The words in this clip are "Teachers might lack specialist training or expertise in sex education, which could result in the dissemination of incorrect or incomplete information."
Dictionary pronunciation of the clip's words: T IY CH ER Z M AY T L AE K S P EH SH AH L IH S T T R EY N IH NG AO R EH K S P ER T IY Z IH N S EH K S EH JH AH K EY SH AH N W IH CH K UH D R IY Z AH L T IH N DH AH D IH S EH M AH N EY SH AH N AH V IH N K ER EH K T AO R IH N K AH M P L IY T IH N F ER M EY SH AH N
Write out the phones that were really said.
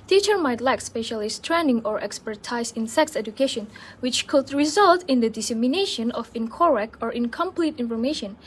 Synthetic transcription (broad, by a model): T IY CH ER M AY T L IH K S P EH SH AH L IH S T T R EY N IH NG AO R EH K S P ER T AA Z IH N S EH K S EH JH AH K EY SH AH N W IH CH K UH D R IY Z AH L T IH N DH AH D IH S EH M AH N EY SH AH N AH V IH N K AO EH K AO R IH N K AH M P L IY T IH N F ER M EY SH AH N